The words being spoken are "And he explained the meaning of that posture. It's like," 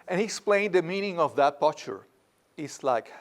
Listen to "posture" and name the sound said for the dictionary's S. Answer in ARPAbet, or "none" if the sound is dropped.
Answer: none